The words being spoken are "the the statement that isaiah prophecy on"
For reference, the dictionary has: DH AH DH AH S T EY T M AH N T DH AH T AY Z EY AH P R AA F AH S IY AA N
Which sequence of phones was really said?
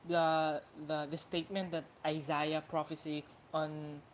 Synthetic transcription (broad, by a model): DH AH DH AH S T EY T M AH N T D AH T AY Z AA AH P R AA F AH S IY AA N